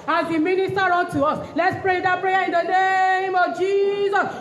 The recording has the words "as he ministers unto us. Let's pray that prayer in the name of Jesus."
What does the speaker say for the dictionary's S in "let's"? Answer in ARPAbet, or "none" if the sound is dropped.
S